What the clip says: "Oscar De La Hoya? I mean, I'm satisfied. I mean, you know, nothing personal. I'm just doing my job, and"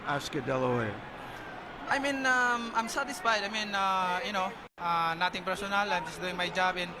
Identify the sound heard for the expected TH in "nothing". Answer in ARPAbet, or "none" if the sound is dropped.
T